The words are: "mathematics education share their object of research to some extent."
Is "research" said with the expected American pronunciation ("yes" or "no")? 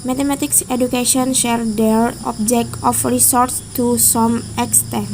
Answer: no